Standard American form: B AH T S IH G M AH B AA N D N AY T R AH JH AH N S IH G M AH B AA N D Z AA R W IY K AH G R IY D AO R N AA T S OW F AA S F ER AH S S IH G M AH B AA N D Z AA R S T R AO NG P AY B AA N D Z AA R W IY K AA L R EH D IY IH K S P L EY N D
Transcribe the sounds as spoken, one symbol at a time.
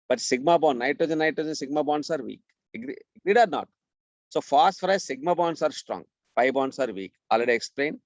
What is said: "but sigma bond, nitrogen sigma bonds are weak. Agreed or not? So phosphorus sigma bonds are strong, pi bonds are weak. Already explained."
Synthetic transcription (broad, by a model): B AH T S IH G M AH B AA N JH N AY T AH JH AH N S IH G M AH B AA N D S AA R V IY K AH G R IY D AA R N AA T S OW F AA S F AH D S IH G M AH B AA N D S AA R S T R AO NG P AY B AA N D S AA R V IY K AA L R EH D IY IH K S P L EY N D